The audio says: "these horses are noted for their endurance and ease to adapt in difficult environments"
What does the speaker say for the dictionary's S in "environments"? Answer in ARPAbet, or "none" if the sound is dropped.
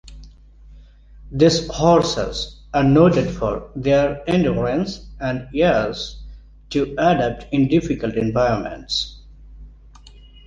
S